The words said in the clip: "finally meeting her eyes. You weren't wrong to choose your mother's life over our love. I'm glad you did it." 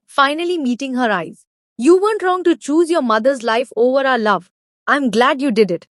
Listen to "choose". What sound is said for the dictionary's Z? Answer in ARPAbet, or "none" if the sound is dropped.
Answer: Z